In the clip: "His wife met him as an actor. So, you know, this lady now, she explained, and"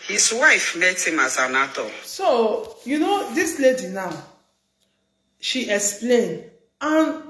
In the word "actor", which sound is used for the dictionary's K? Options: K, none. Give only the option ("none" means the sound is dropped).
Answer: none